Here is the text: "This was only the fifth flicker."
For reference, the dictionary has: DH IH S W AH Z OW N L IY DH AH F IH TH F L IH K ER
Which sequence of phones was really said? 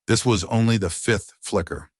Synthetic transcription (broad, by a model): DH IH S W AH Z OW N L IY DH AH F IH TH F L IH K ER